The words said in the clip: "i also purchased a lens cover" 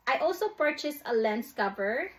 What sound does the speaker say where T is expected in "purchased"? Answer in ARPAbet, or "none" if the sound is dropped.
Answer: none